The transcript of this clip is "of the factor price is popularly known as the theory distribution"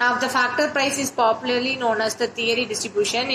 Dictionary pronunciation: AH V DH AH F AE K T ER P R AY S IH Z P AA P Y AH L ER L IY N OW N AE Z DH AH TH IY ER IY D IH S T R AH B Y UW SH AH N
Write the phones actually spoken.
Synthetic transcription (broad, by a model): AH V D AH F AE K T ER P R AY S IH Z P AA P Y AH L ER L IY N OW N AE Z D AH T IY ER IY D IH S T R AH B Y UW SH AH N